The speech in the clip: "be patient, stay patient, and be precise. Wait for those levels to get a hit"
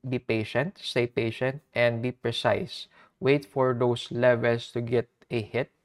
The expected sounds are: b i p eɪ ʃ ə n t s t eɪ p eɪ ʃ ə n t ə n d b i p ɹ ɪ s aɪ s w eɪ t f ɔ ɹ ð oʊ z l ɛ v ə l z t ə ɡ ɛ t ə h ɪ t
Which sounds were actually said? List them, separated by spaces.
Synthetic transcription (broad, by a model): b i p eɪ ʃ ə n t s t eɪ p eɪ ʃ ə n t ə n d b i p ɹ ɪ s aɪ s w eɪ t f ɔ ɹ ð oʊ s l ɛ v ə l s t ə ɡ ɛ t ə h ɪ t